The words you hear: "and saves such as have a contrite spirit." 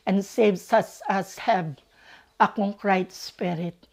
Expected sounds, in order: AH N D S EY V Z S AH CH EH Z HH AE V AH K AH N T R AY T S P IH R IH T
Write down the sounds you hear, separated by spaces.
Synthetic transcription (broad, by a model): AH N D S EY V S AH S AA S HH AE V AH K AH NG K R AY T S P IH R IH T